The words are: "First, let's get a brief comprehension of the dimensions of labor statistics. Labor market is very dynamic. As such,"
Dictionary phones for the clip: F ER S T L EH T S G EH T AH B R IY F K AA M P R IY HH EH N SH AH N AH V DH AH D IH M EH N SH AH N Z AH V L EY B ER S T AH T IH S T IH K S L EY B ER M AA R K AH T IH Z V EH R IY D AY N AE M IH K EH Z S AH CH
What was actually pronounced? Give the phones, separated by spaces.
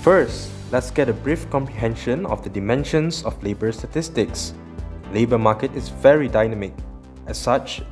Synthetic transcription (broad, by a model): F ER S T L EH T S G EH T AH B R IY F K AA M P R IY HH EH N SH AH N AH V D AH D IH M EH N SH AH N S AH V L EY B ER S T AH T IH S T IH K S L EY B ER M AA K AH T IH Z V EH R IY D AY N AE M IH K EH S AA CH